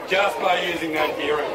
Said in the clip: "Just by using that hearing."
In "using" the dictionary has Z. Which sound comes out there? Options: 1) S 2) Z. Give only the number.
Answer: 2